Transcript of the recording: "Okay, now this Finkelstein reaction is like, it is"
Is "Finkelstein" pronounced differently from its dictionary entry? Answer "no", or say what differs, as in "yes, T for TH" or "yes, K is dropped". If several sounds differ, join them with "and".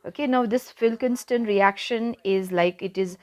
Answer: yes, N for L